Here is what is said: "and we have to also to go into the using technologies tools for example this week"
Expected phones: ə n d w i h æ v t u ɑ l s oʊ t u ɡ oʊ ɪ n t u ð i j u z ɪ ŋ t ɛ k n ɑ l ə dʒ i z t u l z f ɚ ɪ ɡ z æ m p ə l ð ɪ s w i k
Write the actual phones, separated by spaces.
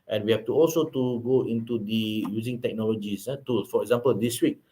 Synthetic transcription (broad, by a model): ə n w i h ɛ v t u ɑ l s oʊ t u ɡ oʊ ɪ n t u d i j u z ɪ ŋ t ɛ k n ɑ l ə dʒ i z t u l f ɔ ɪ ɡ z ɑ m p ə l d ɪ s w i k